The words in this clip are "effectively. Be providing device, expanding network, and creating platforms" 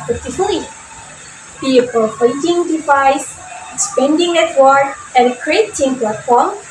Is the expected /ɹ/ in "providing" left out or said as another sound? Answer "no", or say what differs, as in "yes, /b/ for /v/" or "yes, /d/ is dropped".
yes, /ɹ/ is dropped